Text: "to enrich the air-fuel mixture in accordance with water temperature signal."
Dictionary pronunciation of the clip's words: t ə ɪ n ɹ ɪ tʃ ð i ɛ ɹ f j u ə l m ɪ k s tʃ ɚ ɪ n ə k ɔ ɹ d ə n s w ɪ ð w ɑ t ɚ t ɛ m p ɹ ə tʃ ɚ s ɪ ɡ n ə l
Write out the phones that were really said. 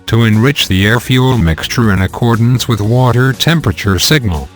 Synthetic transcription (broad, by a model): t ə ɪ n ɹ ɪ tʃ ð i ɛ ɹ f j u l m ɪ k s tʃ ɚ ɪ n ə k ɔ ɹ d n s w ɪ ð w ɑ t ɚ t ɛ m p ɹ ə tʃ ɚ s ɪ ɡ n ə l